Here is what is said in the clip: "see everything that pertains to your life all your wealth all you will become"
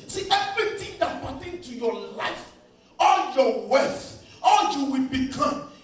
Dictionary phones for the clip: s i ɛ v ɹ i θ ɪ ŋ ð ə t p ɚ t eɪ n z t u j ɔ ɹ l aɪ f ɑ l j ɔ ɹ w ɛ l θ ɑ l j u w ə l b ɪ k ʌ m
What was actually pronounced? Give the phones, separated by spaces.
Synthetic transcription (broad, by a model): s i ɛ v ɹ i t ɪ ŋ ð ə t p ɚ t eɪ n t u j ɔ l aɪ f ɑ l j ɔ w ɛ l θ ɑ l j u w ə l b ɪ k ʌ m